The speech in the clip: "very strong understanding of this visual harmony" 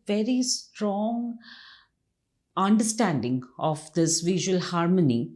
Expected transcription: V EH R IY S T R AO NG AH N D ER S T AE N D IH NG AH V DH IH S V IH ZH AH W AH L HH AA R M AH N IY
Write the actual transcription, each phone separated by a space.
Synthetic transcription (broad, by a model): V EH R IY S T R AO NG AH N D ER S T AE N D IH NG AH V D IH S V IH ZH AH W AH L HH AA R M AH N IY